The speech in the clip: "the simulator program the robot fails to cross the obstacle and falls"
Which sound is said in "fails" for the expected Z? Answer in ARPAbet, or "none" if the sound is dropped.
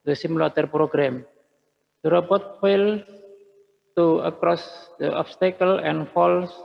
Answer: none